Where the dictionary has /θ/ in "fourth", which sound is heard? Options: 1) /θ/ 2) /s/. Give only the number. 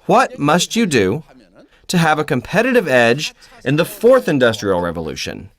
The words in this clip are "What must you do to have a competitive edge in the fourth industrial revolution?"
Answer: 1